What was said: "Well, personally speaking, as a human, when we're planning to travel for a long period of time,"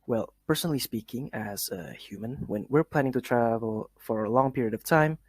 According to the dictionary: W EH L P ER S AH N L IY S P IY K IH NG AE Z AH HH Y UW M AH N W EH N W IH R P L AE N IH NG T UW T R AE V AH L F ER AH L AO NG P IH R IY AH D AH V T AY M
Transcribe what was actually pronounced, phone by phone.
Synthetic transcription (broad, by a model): W EH L P ER S AH N L IY S P IY K IH NG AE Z AH HH Y UW M AH N W EH N W IH R P L AE N IH NG T UW T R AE V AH L F ER AH L AO NG P IH R IY AH D AH V T AY M